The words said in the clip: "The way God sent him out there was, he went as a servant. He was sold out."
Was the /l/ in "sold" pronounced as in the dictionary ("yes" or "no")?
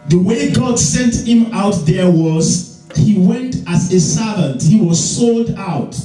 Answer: yes